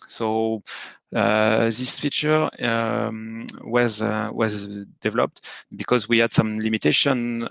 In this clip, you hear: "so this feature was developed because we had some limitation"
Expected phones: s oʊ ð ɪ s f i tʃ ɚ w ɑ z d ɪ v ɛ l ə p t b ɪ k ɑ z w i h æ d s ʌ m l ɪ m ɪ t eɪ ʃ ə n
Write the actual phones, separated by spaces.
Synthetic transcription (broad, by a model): s oʊ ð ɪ s f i tʃ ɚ w ɑ z d ɪ v ɛ l ə p t b ɪ k ɑ z w i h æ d s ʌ m l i m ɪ t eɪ ʃ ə n